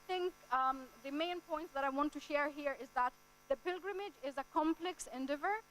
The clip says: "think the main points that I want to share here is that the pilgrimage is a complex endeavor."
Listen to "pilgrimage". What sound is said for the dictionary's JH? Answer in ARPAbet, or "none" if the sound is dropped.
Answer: JH